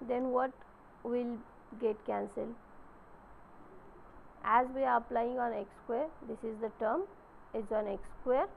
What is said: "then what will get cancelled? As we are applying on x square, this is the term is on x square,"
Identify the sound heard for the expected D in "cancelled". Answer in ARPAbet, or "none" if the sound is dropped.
none